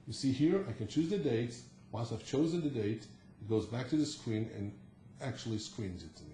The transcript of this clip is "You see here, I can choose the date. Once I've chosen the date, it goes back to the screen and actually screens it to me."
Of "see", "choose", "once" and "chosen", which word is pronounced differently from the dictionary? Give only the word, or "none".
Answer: once